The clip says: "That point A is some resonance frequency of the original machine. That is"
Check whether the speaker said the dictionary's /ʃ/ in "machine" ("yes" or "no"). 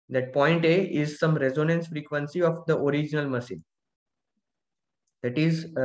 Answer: no